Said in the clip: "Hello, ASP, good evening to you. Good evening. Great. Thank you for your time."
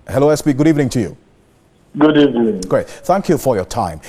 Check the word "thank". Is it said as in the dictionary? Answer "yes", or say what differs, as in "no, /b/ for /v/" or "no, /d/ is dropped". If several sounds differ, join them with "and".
yes